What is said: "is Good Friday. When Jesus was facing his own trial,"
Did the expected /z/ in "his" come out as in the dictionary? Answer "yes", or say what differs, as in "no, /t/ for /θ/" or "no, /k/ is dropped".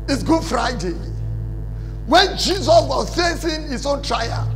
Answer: no, /s/ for /z/